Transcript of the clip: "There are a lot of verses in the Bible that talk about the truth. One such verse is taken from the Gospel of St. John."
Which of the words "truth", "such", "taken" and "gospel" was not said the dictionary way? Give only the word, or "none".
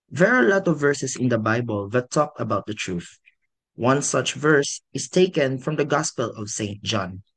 none